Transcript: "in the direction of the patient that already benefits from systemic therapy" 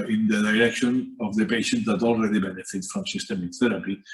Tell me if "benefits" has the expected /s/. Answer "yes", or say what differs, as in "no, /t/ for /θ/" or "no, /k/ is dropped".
no, /s/ is dropped